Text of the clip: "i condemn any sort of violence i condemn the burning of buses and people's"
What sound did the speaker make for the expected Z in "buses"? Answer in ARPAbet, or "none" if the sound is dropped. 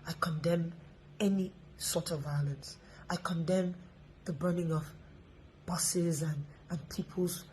Z